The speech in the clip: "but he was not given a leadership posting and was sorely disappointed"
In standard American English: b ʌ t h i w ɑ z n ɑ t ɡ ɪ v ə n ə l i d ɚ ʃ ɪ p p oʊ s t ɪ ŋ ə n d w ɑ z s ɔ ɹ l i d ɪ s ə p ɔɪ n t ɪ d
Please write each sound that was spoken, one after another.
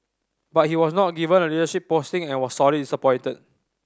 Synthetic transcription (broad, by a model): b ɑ t h i w ɑ s n ɑ t ɡ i v ə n ə l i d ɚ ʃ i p p oʊ s t ɪ ŋ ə n w ɑ s ɔ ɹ i d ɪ s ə p ɔɪ n t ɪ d